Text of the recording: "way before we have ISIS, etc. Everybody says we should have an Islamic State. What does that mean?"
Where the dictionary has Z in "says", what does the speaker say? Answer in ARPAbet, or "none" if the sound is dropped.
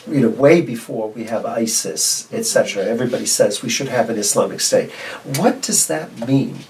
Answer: Z